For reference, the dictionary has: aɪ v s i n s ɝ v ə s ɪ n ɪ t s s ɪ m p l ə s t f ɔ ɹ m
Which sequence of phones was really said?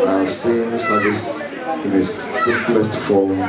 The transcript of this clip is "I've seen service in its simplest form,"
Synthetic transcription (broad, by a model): aɪ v s i n s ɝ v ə s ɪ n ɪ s s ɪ p l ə s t f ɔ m